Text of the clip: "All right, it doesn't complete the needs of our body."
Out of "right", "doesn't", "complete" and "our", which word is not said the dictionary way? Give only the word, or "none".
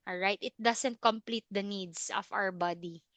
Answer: doesn't